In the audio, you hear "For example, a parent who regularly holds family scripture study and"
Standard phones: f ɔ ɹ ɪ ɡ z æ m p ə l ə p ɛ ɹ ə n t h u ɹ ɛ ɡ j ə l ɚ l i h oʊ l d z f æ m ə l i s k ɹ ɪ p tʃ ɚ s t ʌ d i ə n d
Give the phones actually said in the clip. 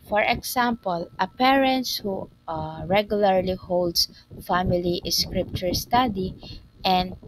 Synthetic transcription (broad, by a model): f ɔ ɹ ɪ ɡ s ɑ m p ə l ə p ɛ ɹ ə n t h u ɹ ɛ ɡ j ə l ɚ l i h oʊ l d s f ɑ m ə l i s k ɹ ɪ p tʃ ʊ s t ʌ d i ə n d